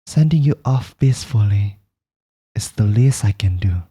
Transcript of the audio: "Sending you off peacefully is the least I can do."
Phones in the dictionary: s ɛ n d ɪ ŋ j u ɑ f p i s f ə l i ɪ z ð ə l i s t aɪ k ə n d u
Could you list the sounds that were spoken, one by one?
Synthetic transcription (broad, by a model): s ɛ n d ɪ ŋ j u ɑ f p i s f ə l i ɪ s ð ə l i s aɪ k ə n d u